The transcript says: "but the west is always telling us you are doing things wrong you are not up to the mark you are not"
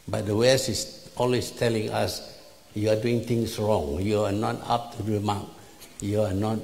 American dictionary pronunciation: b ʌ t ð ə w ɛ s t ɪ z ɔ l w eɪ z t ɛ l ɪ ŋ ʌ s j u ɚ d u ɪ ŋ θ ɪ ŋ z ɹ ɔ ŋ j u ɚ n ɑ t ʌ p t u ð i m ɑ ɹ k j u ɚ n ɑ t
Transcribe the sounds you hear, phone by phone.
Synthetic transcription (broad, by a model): b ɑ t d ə w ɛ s ɪ s ɔ l w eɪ s t ɛ l ɪ ŋ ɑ s j u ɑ d u ɪ ŋ t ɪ ŋ s ɹ ɔ ŋ j u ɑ n ɑ t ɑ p t u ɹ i m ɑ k j u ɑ n ɑ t